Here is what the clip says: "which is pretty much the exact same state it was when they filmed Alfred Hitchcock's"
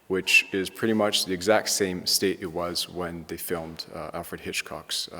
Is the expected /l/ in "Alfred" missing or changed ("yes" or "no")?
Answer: no